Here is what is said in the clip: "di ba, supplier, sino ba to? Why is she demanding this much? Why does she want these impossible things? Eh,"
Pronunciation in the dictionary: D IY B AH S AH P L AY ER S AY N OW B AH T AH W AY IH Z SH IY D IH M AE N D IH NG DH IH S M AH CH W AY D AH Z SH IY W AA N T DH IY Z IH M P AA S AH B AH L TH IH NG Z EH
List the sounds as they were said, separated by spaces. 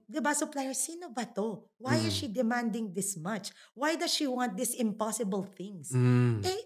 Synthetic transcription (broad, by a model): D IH B AH S AH P L AY ER S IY N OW B AH T AH W AY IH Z SH IY D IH M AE N D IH NG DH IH S M AH CH W AY D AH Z SH IY W AA N T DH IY S IH M P AA S AH B AH L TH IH NG S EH